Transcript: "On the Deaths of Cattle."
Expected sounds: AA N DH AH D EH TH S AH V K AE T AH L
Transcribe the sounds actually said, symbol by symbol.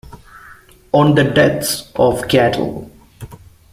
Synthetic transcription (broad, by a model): AA N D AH D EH T S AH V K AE T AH L